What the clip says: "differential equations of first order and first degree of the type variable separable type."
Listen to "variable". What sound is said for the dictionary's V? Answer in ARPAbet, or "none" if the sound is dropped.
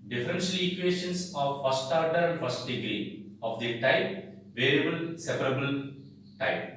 V